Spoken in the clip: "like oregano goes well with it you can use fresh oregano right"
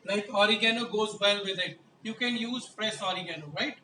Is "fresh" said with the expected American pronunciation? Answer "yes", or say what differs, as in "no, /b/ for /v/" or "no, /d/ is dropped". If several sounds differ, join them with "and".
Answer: no, /p/ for /f/ and /s/ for /ʃ/